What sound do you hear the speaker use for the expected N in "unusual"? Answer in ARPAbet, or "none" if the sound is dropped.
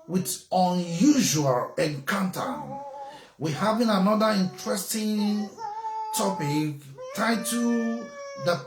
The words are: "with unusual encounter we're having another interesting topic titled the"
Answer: N